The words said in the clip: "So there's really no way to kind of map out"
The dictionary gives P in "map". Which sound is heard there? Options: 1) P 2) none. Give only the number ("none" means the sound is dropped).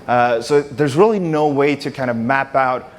1